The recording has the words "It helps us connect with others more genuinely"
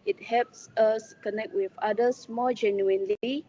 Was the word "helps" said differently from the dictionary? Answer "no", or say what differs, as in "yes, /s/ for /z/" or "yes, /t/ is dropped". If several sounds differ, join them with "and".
no